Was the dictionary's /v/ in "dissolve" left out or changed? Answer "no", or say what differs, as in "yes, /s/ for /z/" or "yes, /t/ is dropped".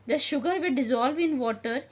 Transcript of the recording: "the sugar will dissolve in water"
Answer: no